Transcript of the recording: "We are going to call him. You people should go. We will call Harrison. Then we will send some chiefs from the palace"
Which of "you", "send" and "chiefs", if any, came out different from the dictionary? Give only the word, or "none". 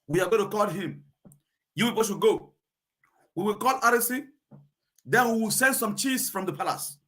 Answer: chiefs